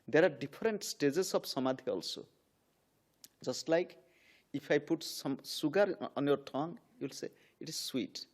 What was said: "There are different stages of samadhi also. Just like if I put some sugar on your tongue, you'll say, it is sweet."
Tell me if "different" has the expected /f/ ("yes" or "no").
no